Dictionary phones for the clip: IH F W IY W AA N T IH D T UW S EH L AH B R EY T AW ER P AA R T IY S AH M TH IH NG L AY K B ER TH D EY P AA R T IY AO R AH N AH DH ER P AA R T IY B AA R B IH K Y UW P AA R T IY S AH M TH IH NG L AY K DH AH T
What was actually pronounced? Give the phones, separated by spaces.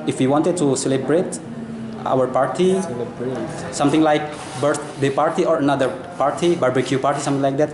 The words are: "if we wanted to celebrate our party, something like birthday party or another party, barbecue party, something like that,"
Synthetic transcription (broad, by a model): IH F W IY W AA N T IH D T UW S EH L AH B R EY T AW ER P AA R T IY S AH M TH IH NG L AY K B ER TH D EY P AA R T IY AO R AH N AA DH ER P AA R T IY B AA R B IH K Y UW P AA R T IY S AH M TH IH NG L AY K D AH T